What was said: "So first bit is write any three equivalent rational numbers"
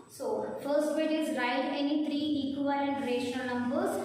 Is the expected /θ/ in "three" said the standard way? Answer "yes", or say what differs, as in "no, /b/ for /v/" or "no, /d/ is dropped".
no, /t/ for /θ/